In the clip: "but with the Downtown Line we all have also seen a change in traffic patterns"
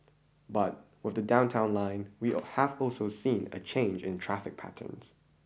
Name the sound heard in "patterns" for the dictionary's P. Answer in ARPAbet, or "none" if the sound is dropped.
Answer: P